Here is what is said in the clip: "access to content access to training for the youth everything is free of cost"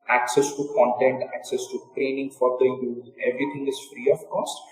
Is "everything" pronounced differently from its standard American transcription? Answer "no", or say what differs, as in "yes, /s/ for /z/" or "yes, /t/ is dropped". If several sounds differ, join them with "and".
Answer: yes, /t/ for /θ/